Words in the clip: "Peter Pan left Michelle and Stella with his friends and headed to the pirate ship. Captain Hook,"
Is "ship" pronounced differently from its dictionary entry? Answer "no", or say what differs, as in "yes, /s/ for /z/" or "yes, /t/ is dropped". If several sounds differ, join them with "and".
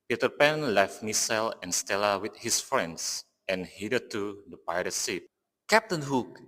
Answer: yes, /s/ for /ʃ/